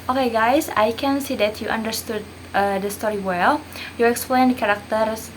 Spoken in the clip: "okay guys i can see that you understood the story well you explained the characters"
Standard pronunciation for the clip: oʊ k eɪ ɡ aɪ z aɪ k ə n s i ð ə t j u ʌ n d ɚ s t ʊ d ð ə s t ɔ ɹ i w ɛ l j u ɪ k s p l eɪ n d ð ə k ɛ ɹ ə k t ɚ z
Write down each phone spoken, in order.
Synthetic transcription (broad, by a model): oʊ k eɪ ɡ aɪ s aɪ k ə n s i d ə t j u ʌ n d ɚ s t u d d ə s t ɔ ɹ i w ɛ l j u ɪ k s p l eɪ n d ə k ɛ ɹ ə k t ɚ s